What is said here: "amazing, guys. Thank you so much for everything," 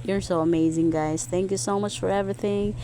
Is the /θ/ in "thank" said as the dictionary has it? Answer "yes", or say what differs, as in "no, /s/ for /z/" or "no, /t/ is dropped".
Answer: yes